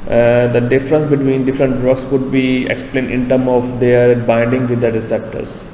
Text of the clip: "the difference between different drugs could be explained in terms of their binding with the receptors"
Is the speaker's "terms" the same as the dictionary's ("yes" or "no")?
no